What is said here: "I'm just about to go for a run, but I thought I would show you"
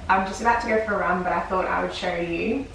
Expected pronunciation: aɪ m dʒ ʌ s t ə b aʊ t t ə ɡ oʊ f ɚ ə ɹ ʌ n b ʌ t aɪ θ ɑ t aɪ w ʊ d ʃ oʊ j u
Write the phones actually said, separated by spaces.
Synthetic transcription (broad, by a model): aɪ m dʒ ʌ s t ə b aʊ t t ə ɡ oʊ f ɚ ə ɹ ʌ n b ʌ t aɪ θ ɑ t aɪ w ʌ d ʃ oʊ j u